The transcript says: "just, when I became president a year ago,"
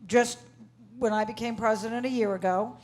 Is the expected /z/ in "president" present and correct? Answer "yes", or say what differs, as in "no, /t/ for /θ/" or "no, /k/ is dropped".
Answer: yes